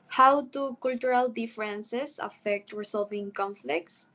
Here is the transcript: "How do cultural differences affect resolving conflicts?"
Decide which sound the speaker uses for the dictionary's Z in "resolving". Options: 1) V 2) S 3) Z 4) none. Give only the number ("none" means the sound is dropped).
2